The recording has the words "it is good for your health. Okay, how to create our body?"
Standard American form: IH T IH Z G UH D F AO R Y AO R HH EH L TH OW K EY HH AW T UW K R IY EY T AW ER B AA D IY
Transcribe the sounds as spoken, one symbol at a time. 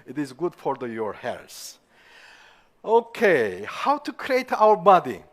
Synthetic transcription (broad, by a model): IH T IH Z G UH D F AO R Y AO R HH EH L S OW K EY HH AW T UW K R IY EY T AW ER B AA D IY